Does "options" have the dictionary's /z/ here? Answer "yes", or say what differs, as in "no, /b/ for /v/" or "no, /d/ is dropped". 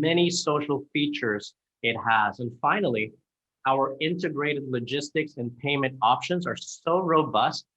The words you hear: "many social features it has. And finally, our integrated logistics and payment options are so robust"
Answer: yes